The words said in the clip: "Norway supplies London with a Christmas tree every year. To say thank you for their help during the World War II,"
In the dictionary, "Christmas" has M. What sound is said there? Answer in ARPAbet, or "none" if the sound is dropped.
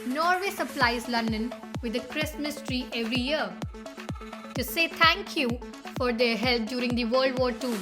M